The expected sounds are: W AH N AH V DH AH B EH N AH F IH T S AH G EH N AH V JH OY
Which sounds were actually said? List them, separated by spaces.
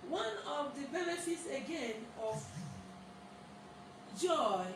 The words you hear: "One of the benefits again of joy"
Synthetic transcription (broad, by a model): W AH N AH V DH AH B EH N AH F IH T S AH G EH N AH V JH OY